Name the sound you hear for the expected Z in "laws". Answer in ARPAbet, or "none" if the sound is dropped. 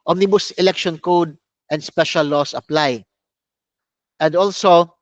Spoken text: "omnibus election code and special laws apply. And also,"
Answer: S